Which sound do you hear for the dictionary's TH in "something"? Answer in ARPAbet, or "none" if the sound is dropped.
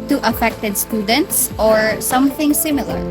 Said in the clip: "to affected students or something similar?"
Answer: TH